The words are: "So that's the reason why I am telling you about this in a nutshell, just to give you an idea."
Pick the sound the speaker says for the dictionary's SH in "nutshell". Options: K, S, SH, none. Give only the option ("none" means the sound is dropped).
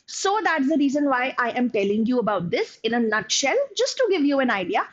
SH